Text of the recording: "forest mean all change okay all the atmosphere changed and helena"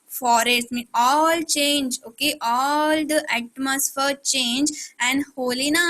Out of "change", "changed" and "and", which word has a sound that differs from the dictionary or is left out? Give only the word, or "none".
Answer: changed